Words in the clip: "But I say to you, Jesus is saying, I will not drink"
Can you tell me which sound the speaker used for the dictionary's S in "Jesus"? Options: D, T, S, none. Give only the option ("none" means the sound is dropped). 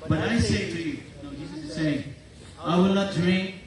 none